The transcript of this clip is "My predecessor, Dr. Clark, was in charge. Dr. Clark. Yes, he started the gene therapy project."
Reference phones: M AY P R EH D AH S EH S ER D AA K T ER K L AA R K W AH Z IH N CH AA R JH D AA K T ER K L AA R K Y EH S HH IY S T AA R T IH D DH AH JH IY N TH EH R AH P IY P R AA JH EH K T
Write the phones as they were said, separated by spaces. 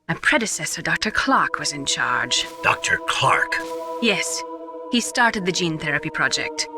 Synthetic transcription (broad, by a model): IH P R EH D AH S EH S ER D AA K T ER K L AA R K W AH Z IH N CH AA R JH D AA K T ER K L AA R K Y EH S HH IY S T AA R T IH D DH AH JH IY N TH EH R AH P IY P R AA JH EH K T